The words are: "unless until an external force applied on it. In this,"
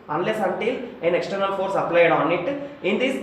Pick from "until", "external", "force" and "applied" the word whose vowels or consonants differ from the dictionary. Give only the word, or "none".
none